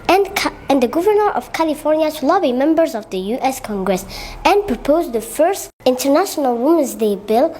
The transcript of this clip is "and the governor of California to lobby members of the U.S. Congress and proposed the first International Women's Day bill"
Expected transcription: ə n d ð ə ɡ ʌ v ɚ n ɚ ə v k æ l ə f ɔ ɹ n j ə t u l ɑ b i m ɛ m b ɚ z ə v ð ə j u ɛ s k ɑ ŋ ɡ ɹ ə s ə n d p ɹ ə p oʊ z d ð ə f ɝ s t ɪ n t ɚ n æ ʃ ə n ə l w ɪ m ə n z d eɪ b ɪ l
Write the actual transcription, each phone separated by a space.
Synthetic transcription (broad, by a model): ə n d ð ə ɡ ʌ v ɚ n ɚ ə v k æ l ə f ɔ ɹ n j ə t u l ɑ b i m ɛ m b ɚ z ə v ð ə j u ɛ s k ɑ ŋ ɡ ɹ ə s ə n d p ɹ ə p oʊ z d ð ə f ɝ s t ɪ n t ɚ n æ ʃ ə n ə l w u m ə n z d eɪ b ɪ l